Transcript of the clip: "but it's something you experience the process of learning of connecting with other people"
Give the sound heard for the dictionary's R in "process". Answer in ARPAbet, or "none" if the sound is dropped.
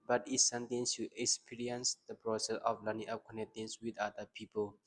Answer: R